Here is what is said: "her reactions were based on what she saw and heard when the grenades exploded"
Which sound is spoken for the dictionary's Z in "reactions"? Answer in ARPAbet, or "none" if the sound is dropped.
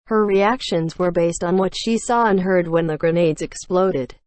Z